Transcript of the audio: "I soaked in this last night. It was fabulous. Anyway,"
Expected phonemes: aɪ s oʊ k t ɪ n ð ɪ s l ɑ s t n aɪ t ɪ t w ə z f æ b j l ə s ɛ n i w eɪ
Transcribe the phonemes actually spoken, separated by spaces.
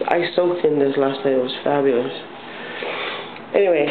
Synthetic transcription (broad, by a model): aɪ s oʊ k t ɪ n ð ɪ s l ɑ s t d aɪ ɪ t w ə z f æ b j l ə s ɛ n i w eɪ